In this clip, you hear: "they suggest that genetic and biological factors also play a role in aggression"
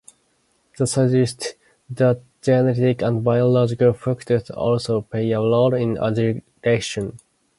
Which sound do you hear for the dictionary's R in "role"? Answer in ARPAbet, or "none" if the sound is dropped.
L